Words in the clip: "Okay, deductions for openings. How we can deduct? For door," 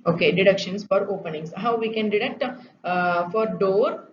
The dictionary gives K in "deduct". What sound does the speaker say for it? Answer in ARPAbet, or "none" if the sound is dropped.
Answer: K